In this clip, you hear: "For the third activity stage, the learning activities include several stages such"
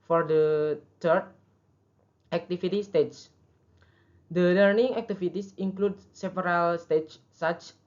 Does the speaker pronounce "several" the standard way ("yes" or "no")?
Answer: no